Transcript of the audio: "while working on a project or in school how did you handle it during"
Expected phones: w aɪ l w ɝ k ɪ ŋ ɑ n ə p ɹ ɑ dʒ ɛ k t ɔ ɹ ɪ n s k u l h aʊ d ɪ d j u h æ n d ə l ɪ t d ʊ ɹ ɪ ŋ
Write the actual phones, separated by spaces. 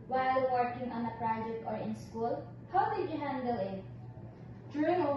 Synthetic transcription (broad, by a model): w aɪ l w ɝ k ɪ ŋ ɑ n ə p ɹ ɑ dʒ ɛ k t ɔ ɹ ɪ n s k u l h aʊ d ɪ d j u h æ n d ə l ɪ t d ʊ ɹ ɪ ŋ